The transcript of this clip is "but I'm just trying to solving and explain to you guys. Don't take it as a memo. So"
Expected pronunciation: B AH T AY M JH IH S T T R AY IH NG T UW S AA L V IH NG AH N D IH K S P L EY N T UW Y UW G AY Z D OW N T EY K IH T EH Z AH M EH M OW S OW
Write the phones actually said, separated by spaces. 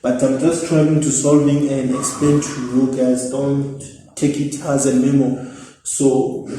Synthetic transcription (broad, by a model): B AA T AY M JH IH S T T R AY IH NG T UW S AA L V IH NG AH N D IH K S P L EY N T UW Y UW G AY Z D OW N T EY K IH T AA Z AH M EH M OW S OW